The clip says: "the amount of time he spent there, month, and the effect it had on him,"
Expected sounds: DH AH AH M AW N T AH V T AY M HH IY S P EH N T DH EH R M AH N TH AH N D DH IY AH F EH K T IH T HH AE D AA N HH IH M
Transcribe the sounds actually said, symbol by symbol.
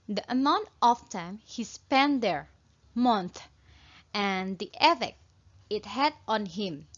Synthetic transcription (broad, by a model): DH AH AH M AW N T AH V T AY M HH IY S P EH N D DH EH R M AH N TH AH N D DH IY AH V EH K IH T HH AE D AA N HH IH M